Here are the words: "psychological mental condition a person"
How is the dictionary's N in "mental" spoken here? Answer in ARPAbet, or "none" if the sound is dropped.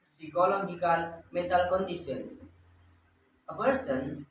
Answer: none